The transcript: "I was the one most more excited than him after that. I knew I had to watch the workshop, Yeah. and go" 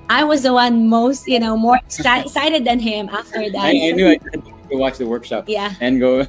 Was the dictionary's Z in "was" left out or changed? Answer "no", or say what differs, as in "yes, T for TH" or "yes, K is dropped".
no